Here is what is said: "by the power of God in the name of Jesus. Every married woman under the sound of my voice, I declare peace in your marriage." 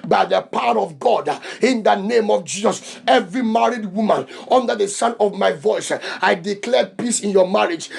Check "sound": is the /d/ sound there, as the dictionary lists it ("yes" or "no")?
no